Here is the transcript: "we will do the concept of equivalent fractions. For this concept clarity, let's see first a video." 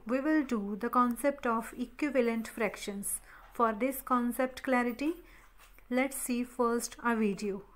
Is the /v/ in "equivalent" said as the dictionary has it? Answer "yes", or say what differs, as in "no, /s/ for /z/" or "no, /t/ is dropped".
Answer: yes